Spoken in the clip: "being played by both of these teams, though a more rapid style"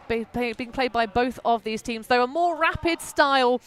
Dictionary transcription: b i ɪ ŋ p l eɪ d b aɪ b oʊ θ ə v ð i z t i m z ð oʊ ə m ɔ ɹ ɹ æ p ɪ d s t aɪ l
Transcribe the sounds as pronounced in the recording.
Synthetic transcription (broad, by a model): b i ɪ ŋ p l eɪ d b aɪ b oʊ θ ə v ð i z t i m z ð oʊ ə m ɔ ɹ ɹ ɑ p ɪ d s t aɪ l